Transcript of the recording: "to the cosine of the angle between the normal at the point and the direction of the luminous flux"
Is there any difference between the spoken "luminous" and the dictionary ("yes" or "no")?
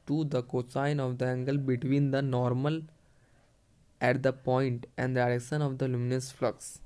no